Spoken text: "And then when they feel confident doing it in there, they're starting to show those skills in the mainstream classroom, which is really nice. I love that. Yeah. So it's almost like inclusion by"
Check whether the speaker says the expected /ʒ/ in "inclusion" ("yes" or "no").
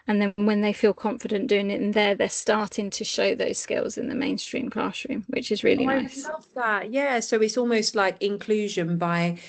yes